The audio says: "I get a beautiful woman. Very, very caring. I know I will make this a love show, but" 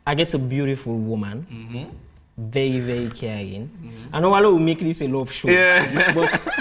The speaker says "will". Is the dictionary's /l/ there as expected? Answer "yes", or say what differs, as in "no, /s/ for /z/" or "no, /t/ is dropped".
no, /w/ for /l/